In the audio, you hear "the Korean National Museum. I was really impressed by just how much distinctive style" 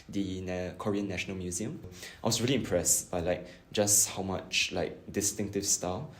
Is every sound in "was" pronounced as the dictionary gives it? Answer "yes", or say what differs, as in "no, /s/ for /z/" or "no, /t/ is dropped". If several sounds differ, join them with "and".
no, /s/ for /z/